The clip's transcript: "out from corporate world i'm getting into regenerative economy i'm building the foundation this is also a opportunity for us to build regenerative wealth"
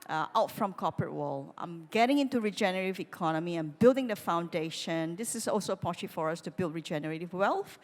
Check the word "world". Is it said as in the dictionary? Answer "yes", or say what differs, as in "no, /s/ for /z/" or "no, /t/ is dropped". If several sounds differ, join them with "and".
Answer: no, /d/ is dropped